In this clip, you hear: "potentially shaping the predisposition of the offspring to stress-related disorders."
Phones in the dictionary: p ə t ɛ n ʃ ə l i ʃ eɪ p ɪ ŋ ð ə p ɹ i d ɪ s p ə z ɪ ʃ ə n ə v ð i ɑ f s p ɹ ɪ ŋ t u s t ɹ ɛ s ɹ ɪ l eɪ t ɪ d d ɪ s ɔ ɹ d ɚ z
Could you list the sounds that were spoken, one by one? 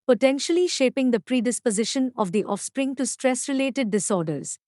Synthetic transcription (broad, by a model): p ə t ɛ n ʃ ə l i ʃ eɪ p ɪ ŋ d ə p ɹ i d ɪ s p ə z ɪ ʃ ə n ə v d i ɑ f s p ɹ ɪ ŋ t u s t ɹ ɛ s ɹ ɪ l eɪ t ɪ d d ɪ s ɔ ɹ d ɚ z